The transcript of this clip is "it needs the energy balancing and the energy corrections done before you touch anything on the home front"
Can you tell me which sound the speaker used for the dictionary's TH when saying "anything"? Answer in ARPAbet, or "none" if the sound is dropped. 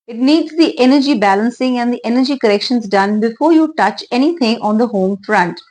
T